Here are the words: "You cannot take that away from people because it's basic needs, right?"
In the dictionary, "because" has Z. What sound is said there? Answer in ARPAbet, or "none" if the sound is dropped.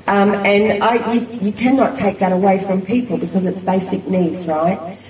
Z